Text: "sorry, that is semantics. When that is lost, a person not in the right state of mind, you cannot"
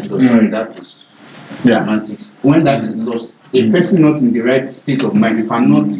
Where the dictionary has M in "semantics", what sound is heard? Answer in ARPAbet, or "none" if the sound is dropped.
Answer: none